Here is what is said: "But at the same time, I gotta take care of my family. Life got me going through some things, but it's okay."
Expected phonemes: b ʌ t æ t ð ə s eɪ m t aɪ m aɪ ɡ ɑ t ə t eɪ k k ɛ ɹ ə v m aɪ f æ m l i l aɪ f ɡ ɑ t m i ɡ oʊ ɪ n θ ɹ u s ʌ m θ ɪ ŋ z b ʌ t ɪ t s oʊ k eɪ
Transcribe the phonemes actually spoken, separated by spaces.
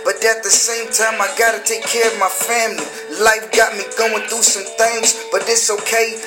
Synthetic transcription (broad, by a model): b ʌ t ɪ t ð ə s eɪ m t aɪ m aɪ ɡ ɑ t ə t eɪ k k ɛ ɹ ə v m aɪ f æ m l i l aɪ f ɡ ɑ t m i ɡ oʊ ɪ n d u s ʌ m θ ɪ ŋ z b ʌ t ɪ t s oʊ k eɪ